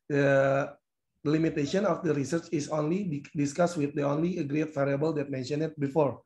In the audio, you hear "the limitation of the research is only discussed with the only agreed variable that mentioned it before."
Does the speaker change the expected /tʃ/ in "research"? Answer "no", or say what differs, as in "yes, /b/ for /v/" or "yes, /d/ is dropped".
no